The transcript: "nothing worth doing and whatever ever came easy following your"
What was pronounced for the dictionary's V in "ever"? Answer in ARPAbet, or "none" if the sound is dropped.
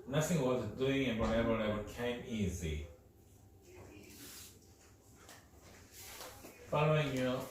B